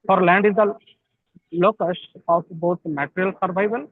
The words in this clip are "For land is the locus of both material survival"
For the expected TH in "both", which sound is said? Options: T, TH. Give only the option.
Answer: T